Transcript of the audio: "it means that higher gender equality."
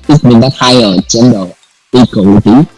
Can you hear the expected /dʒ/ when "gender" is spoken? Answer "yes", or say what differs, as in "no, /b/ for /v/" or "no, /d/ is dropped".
no, /tʃ/ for /dʒ/